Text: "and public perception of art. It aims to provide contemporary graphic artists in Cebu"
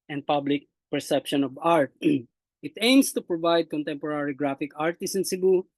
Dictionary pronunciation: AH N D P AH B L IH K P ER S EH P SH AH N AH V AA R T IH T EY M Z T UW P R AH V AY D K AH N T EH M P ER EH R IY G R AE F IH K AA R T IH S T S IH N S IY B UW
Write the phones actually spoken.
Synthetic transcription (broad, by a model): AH N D P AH B L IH K P ER S EH P SH AH N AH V AA R T IH T EY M S T UW P R AH V AY D K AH N T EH M P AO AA R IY G R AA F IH K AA R T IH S S IH N S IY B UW